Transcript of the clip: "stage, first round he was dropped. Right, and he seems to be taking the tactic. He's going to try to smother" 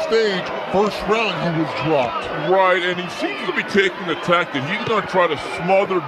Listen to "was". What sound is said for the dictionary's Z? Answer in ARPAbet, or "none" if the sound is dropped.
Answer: Z